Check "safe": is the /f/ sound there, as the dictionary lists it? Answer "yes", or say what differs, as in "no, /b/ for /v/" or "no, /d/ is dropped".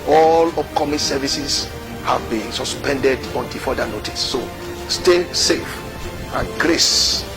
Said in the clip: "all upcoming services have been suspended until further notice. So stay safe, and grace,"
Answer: yes